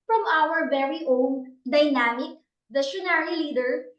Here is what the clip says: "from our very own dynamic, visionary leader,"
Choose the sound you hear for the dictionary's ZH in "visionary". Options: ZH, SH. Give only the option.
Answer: SH